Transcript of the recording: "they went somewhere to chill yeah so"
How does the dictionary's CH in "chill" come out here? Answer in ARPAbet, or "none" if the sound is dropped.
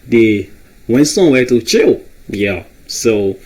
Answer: CH